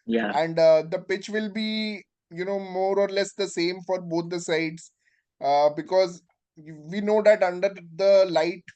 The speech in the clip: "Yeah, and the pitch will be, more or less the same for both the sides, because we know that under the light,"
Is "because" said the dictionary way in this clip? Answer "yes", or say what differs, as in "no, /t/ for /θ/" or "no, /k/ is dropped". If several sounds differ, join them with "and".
yes